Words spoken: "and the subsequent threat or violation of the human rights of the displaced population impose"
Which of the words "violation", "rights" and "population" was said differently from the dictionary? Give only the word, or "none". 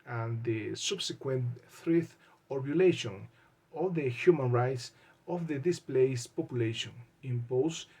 violation